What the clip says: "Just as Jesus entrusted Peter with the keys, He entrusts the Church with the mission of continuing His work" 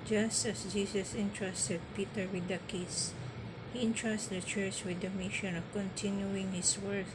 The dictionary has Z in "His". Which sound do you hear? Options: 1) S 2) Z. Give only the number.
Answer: 1